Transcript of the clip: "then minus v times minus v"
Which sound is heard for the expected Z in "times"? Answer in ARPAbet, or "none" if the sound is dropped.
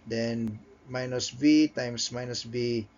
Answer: S